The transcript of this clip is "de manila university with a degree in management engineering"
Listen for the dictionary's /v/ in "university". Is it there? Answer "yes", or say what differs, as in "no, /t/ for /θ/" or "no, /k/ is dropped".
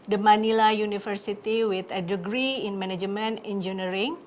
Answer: no, /f/ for /v/